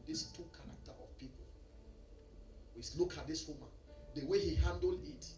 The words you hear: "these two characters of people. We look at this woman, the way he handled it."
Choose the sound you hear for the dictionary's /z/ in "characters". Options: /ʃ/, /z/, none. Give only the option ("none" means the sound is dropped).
none